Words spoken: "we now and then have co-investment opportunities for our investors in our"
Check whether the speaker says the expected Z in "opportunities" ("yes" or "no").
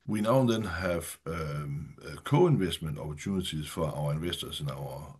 no